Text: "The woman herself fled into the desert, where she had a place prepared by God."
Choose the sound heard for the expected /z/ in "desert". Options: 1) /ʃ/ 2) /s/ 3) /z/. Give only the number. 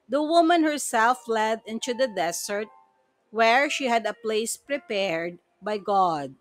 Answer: 2